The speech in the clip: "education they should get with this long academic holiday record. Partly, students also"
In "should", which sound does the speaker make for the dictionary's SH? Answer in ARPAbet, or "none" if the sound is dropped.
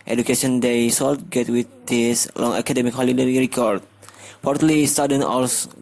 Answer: S